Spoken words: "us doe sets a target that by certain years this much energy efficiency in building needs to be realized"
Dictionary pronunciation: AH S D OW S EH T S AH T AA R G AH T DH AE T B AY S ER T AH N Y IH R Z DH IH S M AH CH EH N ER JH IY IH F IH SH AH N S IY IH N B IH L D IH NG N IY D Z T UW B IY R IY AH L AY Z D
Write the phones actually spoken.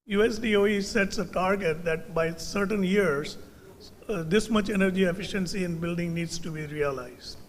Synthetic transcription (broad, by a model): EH S D OW S EH T S AH T AA R G AH T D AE T B AY S ER T AH N Y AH R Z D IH S M AH CH EH N ER JH IY IH F IH SH AH N S IY IH N B IH L D IH NG N IY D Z T UW B IY R IY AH L AY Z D